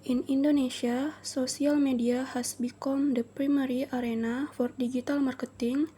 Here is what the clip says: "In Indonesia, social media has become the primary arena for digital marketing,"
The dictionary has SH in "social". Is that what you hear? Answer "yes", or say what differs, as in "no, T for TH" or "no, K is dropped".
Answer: no, S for SH